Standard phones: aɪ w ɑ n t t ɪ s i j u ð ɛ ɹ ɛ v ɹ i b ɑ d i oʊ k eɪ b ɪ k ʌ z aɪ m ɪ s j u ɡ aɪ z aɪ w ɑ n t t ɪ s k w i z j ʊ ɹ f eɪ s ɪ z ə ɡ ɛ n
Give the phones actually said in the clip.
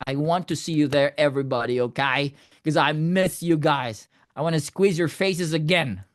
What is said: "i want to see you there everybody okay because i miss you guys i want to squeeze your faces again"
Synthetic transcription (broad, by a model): aɪ w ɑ n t t ɪ s i j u ð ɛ ɹ ɛ v ɹ i b ɑ d i oʊ k eɪ ɪ k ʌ z aɪ m ɪ s j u ɡ aɪ z aɪ w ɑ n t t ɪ s k w i z j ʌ ɹ f eɪ s ɪ z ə ɡ ɛ n